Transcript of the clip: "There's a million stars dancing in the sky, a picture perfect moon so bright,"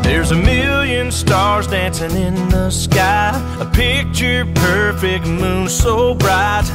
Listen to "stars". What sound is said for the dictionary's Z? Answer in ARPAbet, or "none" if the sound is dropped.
Z